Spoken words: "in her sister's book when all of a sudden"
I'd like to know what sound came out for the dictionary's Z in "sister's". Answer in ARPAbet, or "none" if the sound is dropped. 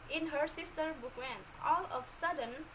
none